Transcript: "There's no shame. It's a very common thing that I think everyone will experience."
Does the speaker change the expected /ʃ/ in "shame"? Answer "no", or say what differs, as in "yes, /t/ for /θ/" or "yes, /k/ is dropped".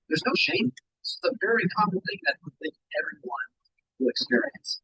no